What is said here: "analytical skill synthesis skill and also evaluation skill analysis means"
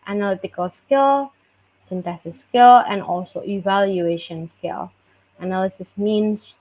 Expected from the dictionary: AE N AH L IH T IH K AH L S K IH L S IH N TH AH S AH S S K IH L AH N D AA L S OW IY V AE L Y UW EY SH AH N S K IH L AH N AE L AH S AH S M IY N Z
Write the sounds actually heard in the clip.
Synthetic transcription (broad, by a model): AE N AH L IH T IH K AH L S K IH L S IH N T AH S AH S S K IH L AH N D AA L S OW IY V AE L Y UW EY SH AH N S K IH L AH N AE L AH S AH S M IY N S